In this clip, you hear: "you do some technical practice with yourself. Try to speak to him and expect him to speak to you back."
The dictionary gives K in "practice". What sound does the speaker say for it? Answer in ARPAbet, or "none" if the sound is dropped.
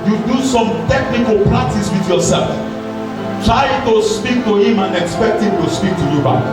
none